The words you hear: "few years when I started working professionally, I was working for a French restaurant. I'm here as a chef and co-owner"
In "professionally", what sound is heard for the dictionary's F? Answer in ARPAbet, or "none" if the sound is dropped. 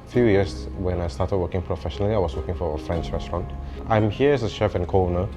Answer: F